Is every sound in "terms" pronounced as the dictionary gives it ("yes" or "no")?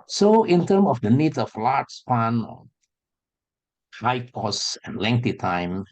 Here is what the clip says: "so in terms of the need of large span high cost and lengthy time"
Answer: no